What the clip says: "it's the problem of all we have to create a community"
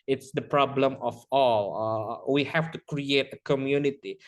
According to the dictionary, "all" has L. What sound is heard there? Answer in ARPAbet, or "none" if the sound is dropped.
L